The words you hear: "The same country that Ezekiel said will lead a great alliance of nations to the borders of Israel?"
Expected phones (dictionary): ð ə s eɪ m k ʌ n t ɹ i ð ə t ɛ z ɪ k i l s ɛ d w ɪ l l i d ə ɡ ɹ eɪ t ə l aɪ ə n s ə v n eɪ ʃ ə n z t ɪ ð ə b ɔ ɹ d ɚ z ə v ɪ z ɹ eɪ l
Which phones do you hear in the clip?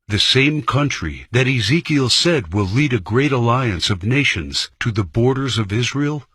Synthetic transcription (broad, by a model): ð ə s eɪ m k ʌ n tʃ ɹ i ð ə t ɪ z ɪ k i l s ɛ d w ɪ l l i d ə ɡ ɹ eɪ t ə l aɪ ə n s ə v n eɪ ʃ ə n z t ɪ ð ə b ɔ ɹ d ɚ z ə v ɪ z ɹ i l